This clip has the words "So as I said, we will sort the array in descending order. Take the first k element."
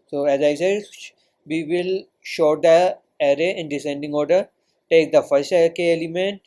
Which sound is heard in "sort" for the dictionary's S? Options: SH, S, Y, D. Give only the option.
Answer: SH